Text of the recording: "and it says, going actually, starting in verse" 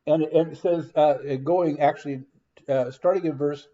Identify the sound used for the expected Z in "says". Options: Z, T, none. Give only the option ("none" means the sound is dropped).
Z